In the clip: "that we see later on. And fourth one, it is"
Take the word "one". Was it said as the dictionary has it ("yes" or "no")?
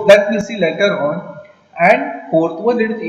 no